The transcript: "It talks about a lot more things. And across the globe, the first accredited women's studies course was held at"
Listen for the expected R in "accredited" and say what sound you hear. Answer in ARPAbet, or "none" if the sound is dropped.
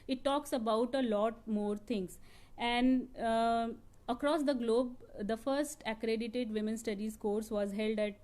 R